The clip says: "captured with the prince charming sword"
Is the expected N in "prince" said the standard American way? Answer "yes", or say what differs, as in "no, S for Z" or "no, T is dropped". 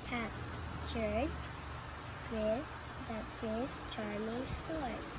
no, N is dropped